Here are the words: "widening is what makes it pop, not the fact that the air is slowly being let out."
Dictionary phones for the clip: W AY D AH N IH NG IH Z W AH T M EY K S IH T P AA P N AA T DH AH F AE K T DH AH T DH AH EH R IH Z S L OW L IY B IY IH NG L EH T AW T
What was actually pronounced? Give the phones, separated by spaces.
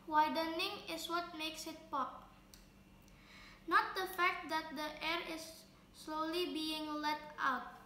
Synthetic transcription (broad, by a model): W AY D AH N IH NG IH S W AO T M EY K S IH T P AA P N AA T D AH F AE K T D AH T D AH EH R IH S L OW L IY B IY IH NG L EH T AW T